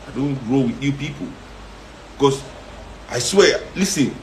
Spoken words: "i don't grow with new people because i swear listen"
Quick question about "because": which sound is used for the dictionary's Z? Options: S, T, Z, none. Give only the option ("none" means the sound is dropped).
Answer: S